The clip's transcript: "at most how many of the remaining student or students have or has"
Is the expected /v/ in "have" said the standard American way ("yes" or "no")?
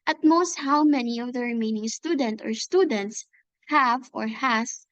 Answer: yes